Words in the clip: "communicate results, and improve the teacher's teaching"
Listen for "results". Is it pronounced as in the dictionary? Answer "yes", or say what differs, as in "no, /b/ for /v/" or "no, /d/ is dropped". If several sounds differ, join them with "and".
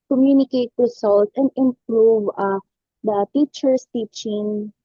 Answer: no, /s/ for /z/